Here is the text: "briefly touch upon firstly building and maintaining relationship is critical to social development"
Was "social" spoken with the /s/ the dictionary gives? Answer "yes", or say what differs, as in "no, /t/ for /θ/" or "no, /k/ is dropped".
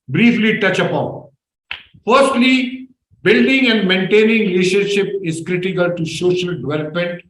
no, /ʃ/ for /s/